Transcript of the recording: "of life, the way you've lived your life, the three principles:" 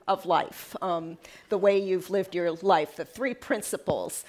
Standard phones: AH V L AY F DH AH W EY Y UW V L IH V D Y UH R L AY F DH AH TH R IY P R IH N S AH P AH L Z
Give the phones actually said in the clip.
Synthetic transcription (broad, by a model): AH V L AY F DH AH W EY Y UW V L IH V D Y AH R L AY F DH AH TH R IY P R IH N S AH P L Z